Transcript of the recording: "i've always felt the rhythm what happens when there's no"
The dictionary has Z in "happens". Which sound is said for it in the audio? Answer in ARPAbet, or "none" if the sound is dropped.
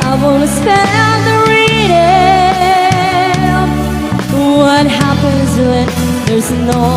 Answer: Z